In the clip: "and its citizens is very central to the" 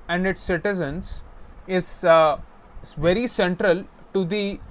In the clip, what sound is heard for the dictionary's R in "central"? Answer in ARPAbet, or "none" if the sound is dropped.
R